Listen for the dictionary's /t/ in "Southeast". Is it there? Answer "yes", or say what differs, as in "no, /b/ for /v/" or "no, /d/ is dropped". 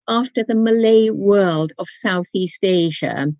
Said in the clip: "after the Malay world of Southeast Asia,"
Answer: yes